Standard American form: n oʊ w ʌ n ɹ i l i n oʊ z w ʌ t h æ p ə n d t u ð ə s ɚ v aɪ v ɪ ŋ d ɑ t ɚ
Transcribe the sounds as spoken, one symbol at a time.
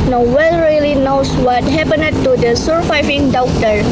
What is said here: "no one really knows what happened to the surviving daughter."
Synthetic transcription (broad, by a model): n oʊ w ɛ l ɹ i l i n oʊ s w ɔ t h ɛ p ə n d t u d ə s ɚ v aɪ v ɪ ŋ d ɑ t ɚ